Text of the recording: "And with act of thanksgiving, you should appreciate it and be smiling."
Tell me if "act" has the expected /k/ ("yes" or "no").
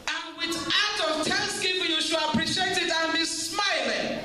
no